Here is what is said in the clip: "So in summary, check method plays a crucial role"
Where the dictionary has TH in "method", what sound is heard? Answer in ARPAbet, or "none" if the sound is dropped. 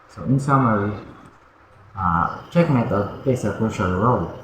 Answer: T